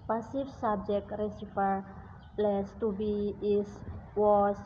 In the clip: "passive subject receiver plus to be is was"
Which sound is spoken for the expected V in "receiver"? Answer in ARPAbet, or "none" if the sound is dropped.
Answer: F